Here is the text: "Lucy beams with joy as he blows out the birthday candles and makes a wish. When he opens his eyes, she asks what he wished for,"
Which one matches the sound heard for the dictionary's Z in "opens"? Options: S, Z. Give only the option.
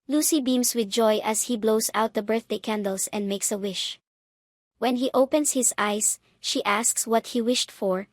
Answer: S